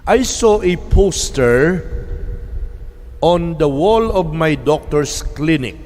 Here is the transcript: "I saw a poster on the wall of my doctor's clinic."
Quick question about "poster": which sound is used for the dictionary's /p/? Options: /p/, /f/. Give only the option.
/p/